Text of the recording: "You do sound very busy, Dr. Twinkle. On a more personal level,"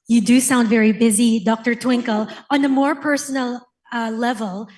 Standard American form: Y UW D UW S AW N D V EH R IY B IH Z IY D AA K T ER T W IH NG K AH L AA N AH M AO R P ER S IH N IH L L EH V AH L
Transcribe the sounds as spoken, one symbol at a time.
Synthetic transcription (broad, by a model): Y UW D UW S AW N D V EH R IY B IH Z IY D AA K T ER T W IH NG K AH L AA N AH M AO R P ER S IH N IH L L EH V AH L